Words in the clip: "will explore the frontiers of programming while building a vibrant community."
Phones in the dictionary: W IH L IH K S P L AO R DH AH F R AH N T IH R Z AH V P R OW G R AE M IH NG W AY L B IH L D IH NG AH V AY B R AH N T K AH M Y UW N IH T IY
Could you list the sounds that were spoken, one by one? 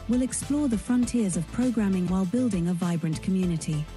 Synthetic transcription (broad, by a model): W IH L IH K S P L AO DH AH F R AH N T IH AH Z AH V P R OW G R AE M IH NG W AY L B IH L D IH NG AH V AY B R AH N K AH M Y UW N IH T IY